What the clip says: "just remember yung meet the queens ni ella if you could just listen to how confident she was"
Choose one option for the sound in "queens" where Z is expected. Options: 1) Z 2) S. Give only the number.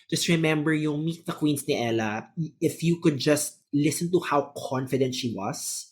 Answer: 2